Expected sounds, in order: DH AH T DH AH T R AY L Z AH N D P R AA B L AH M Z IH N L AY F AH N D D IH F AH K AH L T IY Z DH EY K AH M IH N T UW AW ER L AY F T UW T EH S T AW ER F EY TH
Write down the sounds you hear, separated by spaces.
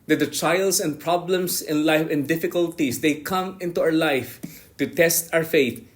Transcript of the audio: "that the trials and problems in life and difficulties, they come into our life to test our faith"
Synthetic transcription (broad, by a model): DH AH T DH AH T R AY L S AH N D P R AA B L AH M S IH N L AY F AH N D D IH F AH K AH L T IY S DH EY K AH M IH N T UW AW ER L AY F T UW T EH S T AW ER F EY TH